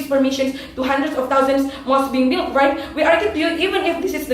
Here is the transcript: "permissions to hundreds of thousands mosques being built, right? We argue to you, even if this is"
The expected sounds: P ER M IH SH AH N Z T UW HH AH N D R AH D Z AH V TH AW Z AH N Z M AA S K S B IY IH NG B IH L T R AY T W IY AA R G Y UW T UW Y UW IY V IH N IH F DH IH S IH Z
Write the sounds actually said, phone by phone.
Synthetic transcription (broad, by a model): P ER M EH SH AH N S T UW HH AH N D R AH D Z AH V T AW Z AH N S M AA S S B IY IH NG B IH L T R AY T W IY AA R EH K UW T UW Y UW IY V IH N IH F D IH S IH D